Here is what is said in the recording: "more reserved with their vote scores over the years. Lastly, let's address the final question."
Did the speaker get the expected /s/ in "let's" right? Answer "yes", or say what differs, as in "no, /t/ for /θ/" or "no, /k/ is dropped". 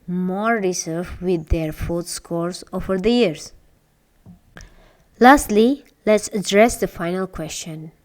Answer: yes